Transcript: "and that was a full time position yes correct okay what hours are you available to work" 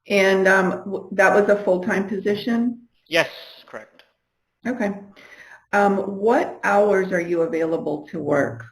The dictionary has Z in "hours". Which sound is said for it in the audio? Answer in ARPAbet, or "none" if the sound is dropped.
Z